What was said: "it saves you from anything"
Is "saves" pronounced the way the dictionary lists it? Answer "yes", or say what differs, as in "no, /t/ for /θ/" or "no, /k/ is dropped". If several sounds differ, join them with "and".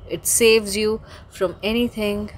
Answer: yes